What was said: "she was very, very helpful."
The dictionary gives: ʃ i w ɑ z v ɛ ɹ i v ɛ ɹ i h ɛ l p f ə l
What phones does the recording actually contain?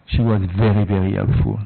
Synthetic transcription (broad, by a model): ʃ i w ɑ z v ɛ ɹ i v ɛ ɹ i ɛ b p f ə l